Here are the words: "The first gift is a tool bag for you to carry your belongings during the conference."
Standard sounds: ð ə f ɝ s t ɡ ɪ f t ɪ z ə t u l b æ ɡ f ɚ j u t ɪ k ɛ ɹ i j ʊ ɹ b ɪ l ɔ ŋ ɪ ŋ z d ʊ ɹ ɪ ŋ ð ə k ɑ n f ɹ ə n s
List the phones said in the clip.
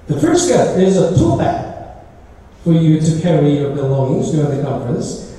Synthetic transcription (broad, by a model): ð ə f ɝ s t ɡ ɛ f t ɪ z ə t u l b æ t f ɚ j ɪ t ɪ k ɛ ɹ i j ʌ ɹ b ɪ l ɔ ŋ ɪ ŋ z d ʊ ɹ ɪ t ð ə k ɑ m f ɹ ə n s